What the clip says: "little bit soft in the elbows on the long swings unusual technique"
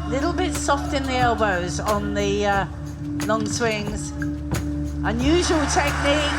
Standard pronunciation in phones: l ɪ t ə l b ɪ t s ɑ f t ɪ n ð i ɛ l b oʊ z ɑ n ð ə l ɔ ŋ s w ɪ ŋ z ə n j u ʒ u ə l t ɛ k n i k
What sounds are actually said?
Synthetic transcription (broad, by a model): l ɪ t l b ɪ t s ɑ f t ɪ n ð i ɛ l b oʊ z n ð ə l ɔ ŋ s w ɪ ŋ z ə n j u ʒ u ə l t ɛ k n i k